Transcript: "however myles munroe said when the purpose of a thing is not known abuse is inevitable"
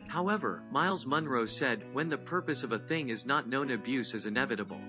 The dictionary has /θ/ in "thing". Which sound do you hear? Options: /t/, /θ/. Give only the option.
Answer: /θ/